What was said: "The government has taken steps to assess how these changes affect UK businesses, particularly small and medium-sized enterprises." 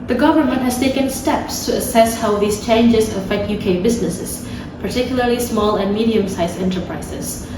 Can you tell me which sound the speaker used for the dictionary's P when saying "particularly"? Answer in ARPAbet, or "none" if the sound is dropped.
P